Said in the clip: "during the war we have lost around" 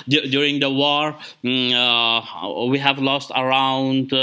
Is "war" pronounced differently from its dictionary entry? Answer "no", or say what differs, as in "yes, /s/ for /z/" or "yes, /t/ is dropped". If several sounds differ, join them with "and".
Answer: no